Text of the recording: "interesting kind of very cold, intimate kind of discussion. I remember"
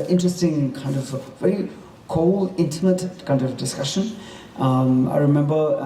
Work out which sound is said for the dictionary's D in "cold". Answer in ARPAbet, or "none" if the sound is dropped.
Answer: none